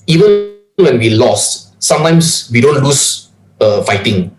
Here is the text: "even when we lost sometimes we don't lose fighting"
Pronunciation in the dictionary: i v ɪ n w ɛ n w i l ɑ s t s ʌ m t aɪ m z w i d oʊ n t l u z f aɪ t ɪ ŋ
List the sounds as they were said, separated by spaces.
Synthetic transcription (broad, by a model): i v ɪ n w ɛ n w i l ɑ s s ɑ m t aɪ m s w i d oʊ n t l u s f aɪ t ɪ ŋ